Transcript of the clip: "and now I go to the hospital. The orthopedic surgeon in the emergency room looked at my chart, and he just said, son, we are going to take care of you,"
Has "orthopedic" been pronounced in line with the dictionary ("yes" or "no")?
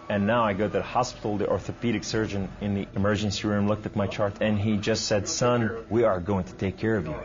yes